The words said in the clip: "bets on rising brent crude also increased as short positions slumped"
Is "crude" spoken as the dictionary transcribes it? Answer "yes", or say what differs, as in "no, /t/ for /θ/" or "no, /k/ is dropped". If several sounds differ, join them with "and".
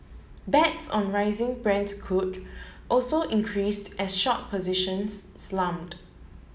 no, /ɹ/ is dropped